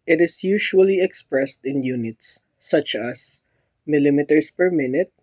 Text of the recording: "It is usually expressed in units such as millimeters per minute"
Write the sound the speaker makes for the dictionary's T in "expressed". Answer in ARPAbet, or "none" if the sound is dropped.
T